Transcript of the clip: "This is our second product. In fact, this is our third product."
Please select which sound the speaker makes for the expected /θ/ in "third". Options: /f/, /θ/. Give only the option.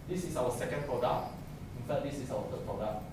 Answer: /f/